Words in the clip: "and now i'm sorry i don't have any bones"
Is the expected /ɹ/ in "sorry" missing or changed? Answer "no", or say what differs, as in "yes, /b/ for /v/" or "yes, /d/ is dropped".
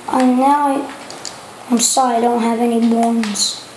yes, /ɹ/ is dropped